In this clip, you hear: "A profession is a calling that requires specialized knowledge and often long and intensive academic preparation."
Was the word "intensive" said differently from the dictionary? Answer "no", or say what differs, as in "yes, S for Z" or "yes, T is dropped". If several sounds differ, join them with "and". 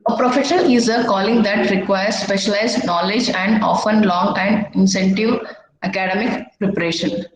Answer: yes, S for T